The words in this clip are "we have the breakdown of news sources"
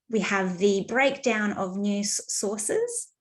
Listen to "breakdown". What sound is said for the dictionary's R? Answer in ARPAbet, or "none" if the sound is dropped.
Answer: R